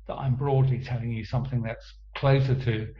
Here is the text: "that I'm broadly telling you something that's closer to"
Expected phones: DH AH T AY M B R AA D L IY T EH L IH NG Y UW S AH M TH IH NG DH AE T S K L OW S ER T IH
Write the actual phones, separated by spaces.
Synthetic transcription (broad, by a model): DH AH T AY M B R AA D L IY T EH L IH NG Y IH S AH M TH IH NG DH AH T S K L OW S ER T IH